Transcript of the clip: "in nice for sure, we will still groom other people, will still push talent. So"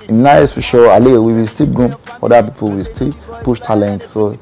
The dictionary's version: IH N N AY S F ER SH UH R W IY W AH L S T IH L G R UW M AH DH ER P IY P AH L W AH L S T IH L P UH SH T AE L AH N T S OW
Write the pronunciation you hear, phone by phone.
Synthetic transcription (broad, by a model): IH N N AY S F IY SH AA L W IY W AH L S T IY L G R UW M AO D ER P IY P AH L W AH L S T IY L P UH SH T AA L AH N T S OW